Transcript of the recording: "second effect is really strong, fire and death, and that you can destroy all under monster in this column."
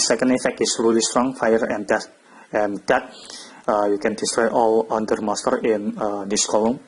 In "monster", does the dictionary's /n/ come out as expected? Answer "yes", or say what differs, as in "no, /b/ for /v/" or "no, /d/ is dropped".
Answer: no, /n/ is dropped